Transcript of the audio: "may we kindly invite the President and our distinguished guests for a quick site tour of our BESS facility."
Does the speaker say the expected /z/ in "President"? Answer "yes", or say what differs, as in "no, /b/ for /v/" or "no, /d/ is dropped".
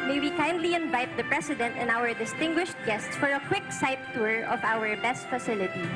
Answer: no, /s/ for /z/